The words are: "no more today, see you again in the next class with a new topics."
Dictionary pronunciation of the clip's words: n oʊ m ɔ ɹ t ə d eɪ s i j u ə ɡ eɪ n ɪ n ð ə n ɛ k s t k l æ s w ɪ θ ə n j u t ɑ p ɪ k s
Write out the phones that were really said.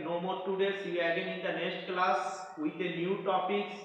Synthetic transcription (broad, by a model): n oʊ m ɔ ɹ t ə d eɪ s i ə ɡ eɪ n ɪ n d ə n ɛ s t k l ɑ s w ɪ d ə n j u t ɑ p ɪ k s